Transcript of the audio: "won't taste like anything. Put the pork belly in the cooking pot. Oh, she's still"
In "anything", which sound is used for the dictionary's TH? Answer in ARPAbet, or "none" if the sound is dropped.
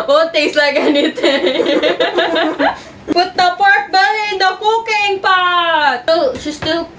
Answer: T